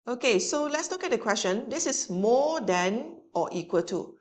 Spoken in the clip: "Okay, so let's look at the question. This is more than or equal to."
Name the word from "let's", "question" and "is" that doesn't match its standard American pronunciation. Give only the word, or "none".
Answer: is